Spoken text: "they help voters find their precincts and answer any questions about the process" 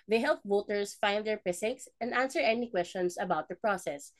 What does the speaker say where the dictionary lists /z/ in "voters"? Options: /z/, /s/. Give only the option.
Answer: /s/